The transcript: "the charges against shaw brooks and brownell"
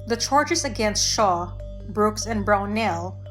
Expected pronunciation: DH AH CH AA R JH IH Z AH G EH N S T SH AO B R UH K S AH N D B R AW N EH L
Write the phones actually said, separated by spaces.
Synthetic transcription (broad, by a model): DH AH CH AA R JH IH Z AH G EH N S T SH AO B R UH K S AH N B R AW N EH L